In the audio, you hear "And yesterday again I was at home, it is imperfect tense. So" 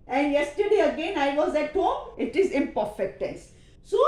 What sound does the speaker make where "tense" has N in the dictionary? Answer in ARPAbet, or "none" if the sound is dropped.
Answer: none